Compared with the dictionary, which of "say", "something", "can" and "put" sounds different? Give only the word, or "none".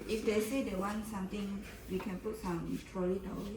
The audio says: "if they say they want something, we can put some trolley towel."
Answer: something